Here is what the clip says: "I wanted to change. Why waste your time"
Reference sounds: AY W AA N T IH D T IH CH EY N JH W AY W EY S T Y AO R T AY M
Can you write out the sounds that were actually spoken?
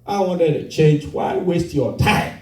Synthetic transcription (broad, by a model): AY W AA N T IH D T IH CH EY N JH W AY W EY S T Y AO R T AY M